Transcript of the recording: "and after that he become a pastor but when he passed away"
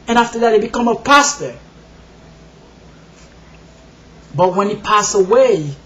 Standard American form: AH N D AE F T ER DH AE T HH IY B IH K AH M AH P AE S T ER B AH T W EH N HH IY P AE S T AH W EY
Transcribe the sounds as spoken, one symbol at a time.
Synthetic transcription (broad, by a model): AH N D AE F T ER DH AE T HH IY B IH K AH M AH P AE S T ER B AH T W EH N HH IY P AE S AH W EY